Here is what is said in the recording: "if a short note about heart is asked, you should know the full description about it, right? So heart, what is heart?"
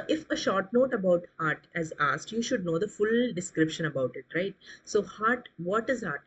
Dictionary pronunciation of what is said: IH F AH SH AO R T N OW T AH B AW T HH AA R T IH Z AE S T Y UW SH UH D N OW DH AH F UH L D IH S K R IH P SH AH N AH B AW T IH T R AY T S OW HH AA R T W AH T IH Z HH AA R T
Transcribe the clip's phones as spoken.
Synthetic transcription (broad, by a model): IH F AH SH AO R T N OW T AH B AW T HH AA R T IH Z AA S T Y UW SH UH D N OW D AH F UH L D IH S K R IH P SH AH N AH B AW T IH T R AY T S OW HH AA R T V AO T IH Z HH AA R T